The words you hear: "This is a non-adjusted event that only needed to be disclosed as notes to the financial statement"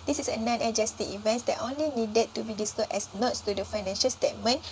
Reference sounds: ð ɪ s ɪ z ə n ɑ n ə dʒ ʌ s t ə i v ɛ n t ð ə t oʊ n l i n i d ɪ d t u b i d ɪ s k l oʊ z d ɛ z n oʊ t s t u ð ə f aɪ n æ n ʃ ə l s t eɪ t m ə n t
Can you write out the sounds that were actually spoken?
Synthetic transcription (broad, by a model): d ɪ s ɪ s ə n ɑ n ə dʒ ʌ s t ə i v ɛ n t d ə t oʊ n l i n i d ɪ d t u b i d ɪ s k oʊ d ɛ s n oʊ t s t u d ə f aɪ n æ n ʃ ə l s t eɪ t m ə n